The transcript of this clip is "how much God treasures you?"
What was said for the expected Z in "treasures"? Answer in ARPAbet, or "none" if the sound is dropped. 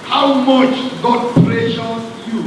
none